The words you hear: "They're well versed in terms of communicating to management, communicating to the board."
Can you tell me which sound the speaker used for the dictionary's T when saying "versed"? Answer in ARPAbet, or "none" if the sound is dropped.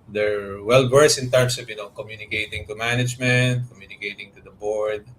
none